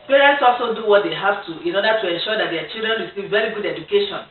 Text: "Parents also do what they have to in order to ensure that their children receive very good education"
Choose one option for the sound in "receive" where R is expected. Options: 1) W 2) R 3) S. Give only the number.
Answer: 1